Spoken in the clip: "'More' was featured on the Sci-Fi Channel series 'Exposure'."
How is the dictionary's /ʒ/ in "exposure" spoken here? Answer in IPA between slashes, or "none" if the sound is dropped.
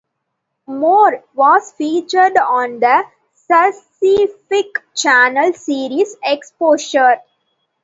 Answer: /ʃ/